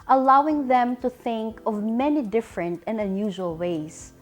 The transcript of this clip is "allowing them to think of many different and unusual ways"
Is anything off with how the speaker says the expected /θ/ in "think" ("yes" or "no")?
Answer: no